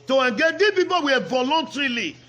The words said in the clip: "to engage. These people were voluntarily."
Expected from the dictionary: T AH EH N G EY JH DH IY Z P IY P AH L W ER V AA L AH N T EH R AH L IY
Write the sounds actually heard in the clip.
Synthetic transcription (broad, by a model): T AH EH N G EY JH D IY P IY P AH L W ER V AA L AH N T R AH L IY